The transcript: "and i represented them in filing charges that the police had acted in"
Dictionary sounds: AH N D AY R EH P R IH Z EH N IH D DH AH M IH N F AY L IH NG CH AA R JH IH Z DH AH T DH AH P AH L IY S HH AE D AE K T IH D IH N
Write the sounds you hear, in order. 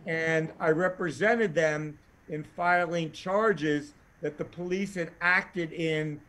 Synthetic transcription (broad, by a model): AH N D AY R EH P R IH Z EH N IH D DH AH M IH N F AY L IH NG CH AA R JH IH Z DH AH T DH AH P AH L IY S HH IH D AE K T IH D IH N